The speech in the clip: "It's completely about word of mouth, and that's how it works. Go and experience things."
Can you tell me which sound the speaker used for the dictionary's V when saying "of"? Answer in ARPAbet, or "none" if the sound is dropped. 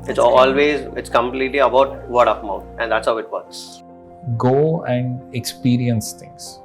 P